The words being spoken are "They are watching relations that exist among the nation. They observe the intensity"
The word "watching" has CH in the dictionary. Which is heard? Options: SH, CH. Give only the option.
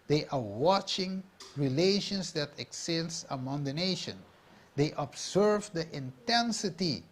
CH